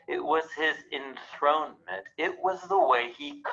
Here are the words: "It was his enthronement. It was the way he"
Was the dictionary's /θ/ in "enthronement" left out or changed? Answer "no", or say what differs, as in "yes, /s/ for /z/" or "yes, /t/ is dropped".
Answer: no